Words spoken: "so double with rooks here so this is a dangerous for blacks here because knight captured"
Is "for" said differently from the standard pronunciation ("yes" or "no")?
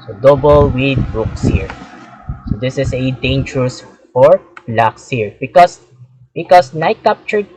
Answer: no